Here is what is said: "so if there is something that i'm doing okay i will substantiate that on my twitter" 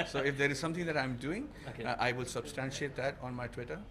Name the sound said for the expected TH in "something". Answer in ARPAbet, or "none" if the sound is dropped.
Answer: T